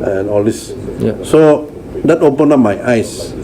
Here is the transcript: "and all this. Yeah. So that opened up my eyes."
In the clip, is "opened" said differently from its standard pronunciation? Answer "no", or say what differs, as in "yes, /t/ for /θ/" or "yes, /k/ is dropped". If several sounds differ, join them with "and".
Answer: yes, /d/ is dropped